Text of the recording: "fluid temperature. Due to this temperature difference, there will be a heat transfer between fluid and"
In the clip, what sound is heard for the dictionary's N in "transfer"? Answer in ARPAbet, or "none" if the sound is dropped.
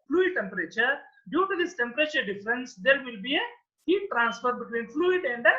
N